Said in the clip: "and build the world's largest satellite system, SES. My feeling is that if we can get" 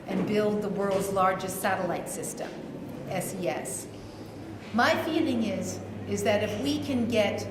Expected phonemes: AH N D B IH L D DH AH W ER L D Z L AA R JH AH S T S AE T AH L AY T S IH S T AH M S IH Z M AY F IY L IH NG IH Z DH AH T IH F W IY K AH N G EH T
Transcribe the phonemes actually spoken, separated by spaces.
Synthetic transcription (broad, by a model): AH N B IH L D DH AH W ER L D Z L AA R JH AH S T S AE T AH L AY T S IH S T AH M S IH S M AY F IY L IH NG IH Z DH AH T IH F W IY K AH N G EH T